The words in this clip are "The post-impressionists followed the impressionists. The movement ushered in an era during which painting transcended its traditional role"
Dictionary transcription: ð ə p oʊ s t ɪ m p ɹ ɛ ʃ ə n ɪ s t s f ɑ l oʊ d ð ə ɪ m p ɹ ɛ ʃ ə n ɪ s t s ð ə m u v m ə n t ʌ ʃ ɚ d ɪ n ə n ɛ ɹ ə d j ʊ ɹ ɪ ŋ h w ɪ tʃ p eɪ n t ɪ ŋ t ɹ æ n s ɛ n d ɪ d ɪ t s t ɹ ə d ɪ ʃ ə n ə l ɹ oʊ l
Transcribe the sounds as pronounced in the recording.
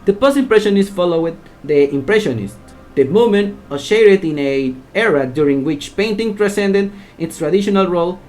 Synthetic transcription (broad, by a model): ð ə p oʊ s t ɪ m p ɹ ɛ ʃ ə n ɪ s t f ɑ l oʊ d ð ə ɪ m p ɹ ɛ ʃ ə n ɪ s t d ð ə m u m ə n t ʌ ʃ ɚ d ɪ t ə n ɛ ɹ ə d j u ɹ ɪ ŋ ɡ w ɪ tʃ p eɪ n t ɪ ŋ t ɹ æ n s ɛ n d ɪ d ɪ t s t ɹ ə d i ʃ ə n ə l ɹ oʊ l